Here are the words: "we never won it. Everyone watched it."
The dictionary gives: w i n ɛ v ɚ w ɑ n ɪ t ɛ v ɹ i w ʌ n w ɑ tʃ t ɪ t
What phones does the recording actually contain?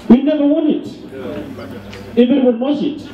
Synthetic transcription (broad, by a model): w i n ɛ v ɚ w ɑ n ɪ t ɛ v i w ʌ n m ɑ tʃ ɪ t